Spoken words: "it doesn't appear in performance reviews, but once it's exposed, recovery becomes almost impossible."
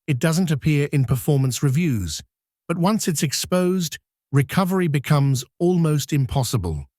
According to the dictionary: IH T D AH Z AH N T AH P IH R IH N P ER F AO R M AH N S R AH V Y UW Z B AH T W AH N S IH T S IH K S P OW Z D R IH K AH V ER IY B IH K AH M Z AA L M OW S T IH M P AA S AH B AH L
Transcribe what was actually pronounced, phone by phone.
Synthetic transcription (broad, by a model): IH T D AH Z AH N T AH P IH R IH N P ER F AO R M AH N S R AH V Y UW Z B AH T W AH N S IH T S IH K S P OW Z D R IH K AH V ER IY B IH K AH M Z AA L M OW S T IH M P AA S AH B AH L